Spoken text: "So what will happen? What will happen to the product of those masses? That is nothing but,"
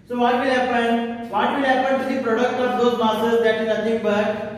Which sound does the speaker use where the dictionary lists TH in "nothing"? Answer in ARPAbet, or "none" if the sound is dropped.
T